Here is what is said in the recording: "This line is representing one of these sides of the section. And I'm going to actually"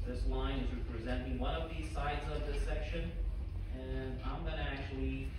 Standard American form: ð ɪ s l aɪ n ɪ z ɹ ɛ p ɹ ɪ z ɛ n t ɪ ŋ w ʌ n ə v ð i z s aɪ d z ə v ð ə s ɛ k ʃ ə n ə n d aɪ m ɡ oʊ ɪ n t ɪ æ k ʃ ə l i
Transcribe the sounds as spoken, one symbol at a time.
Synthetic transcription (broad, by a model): ð ɪ s l aɪ n ɪ z ɹ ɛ p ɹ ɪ z ɛ n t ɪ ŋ w ʌ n ə v ð i z s aɪ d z ə v ð ə s ɛ k ʃ ə n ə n aɪ m ɡ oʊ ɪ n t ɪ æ k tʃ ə l i